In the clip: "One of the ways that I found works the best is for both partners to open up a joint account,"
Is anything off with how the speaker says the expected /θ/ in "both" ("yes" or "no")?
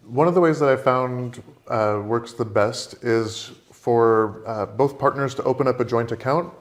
no